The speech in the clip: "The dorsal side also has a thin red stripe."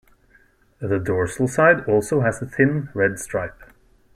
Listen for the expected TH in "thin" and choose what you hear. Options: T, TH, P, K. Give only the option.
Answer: TH